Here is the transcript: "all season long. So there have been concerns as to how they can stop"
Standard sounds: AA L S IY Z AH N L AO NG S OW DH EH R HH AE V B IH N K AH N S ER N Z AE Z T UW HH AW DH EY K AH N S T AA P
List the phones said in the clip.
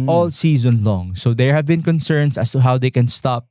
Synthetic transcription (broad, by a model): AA L S IY Z AH N L AO NG S OW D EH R HH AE V B IH N K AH N S ER N S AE S T UW HH AW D EY K AH N S T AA P